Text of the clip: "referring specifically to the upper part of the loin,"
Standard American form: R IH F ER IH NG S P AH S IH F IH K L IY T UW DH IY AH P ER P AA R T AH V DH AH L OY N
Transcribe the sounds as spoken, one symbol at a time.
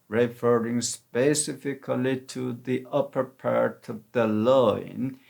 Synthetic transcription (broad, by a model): R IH F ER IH NG S P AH S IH F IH K L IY T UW DH IY AH P ER P AA R T AH V DH AH L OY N